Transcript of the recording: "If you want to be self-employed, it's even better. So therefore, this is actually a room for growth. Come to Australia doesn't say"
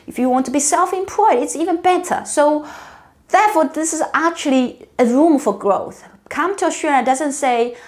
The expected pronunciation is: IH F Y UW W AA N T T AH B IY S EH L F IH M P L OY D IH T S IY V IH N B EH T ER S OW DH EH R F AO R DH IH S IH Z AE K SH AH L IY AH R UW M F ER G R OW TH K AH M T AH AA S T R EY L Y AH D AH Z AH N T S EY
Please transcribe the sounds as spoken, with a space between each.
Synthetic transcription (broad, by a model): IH F Y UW W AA N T T AH B IY S EH L F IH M P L OY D IH T S IY V IH N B EH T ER S OW DH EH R F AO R DH IH S IH Z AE K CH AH L IY AH R UW M F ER G R OW TH K AH M T AH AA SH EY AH D AH Z AH N T S EY